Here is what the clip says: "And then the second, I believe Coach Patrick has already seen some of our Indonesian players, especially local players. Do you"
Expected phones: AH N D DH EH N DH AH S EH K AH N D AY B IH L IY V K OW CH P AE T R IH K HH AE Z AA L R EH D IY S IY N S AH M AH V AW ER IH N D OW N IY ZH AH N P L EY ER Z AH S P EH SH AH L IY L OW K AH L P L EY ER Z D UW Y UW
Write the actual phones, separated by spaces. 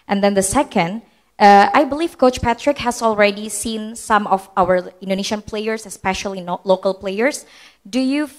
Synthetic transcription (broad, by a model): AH N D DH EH N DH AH S EH K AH N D AY B IH L IY V K OW CH P AE T R IH K HH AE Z AA L R EH D IY S IY N S AH M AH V AW ER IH N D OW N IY SH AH N P L EY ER S AH S P EH SH AH L IY L OW K AH L P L EY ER S D UW Y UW